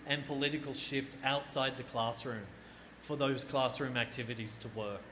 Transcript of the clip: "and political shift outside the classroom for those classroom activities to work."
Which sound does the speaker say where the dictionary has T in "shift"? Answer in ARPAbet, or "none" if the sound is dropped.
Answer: T